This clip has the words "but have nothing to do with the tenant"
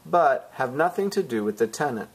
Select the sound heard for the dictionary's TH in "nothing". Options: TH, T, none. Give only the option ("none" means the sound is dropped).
TH